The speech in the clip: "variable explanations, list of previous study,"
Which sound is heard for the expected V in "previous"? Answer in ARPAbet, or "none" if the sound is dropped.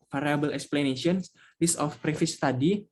F